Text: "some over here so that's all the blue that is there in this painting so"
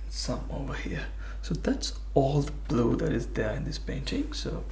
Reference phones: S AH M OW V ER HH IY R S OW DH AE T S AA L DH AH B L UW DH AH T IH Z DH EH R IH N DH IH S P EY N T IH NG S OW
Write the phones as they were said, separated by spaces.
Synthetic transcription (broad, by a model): S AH M OW V ER HH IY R S OW DH AE T S AA L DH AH B L UW DH AH T IH Z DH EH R IH N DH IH S P EY N T IH NG S OW